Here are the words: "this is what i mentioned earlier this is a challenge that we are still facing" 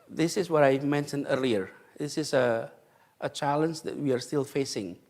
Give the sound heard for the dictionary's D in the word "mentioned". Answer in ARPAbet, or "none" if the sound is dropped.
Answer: D